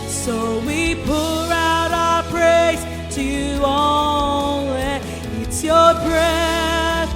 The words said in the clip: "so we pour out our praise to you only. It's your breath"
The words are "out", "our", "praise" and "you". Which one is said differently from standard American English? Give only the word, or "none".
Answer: praise